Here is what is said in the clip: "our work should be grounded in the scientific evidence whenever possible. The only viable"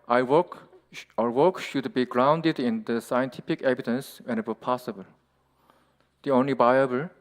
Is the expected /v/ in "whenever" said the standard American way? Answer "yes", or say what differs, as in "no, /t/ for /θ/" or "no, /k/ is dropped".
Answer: no, /w/ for /v/